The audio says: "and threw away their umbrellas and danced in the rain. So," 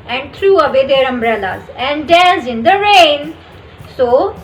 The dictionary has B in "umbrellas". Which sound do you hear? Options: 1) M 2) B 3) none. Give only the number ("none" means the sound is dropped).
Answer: 2